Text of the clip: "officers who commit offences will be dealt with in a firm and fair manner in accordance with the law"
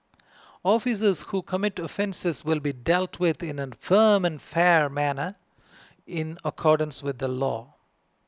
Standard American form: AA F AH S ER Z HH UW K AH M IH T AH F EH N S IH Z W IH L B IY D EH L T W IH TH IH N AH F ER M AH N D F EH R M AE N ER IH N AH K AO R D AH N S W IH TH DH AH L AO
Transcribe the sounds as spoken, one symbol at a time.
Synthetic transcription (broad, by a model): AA F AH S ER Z HH UW K AH M IH T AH F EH N S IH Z W IH L B IY D EH L T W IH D IH N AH F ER M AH N F EH R M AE N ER IH N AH K AO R D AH N S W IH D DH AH L AO